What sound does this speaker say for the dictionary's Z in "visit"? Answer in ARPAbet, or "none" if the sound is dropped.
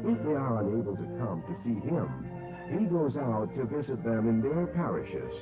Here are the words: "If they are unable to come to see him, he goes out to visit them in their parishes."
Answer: Z